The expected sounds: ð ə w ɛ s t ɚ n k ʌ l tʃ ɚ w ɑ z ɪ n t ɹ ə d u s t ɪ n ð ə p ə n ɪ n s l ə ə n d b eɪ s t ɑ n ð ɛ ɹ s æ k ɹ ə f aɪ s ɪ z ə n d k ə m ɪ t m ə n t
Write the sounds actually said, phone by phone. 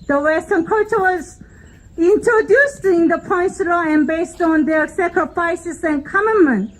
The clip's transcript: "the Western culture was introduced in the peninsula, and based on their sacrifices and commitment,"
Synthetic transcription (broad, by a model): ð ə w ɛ s t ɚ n k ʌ tʃ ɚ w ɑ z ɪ n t ɹ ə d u s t ɪ n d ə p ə ɪ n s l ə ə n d b eɪ s t ɑ n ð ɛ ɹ s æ k ɹ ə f aɪ s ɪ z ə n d k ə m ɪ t m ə n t